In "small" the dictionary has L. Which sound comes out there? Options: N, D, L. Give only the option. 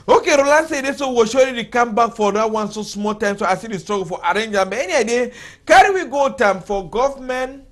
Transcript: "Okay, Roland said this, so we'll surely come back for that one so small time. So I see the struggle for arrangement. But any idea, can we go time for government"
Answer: L